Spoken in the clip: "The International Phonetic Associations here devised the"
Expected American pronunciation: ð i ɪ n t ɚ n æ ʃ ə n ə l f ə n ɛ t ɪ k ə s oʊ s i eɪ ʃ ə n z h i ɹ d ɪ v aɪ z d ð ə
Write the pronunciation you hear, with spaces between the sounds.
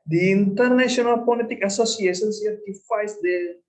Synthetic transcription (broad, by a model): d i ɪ n t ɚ n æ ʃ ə n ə l p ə l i t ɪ k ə s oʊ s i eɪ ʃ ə n s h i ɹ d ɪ f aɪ s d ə